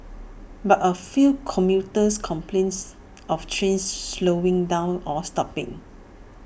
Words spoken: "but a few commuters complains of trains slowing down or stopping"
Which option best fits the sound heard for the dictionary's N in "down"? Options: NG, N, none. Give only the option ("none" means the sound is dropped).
N